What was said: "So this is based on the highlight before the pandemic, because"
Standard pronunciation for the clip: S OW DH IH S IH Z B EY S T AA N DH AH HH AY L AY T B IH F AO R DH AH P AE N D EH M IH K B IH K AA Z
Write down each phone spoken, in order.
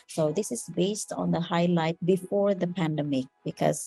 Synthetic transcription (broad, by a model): S OW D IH S IH Z B EY S T AA N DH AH HH AY L AY T B IH F AO R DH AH P AE N D EH M IH K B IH K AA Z